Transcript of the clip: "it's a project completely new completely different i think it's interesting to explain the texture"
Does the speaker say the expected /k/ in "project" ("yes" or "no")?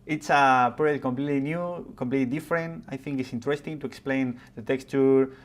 no